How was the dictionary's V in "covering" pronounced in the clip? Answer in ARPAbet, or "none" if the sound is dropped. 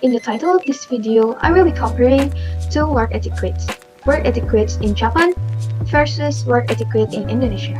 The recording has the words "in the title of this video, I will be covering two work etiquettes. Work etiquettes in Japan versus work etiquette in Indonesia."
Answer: P